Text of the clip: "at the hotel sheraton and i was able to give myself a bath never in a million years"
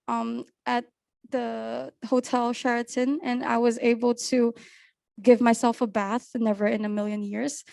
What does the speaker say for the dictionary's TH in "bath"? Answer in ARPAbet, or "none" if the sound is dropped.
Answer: TH